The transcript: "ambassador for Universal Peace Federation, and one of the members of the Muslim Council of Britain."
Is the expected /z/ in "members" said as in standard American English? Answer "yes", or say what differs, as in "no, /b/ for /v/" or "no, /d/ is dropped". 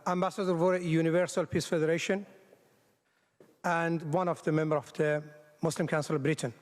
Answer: no, /z/ is dropped